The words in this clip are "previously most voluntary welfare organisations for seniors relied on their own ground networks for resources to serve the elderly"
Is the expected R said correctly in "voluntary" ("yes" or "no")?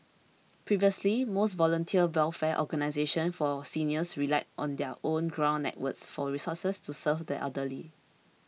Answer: no